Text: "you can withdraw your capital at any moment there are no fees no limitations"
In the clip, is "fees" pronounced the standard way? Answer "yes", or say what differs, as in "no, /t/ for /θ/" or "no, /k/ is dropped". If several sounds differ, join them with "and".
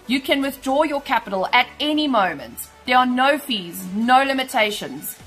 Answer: yes